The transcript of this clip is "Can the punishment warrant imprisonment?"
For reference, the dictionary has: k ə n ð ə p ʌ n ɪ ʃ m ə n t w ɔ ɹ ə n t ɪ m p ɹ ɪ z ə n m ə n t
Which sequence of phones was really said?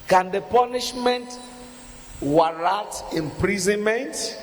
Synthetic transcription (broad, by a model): k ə n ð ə p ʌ n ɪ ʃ m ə n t w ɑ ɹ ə t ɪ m p ɹ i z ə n m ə n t